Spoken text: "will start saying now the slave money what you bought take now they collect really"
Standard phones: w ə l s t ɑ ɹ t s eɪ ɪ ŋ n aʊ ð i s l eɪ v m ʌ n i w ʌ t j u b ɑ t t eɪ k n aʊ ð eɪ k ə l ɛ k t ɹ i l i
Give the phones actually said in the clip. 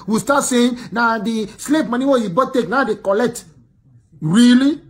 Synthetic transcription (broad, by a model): w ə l s t ɑ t s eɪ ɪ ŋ n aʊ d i s l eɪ p m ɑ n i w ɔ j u b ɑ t t eɪ k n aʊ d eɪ k ə l ɛ k t ɹ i l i